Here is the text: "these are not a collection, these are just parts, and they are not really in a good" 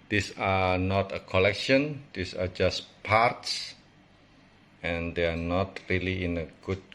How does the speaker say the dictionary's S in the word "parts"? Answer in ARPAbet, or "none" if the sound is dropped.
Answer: S